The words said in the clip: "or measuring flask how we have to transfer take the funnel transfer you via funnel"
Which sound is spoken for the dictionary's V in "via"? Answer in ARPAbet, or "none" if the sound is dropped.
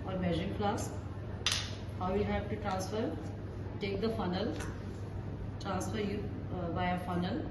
B